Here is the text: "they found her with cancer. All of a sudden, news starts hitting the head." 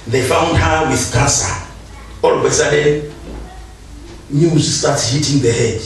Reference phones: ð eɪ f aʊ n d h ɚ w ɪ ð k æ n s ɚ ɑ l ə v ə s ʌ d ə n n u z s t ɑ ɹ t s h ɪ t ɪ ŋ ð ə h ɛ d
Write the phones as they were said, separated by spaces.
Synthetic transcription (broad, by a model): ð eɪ f aʊ n d h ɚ w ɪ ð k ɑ s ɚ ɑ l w ə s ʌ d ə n n u z s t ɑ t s h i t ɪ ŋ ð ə h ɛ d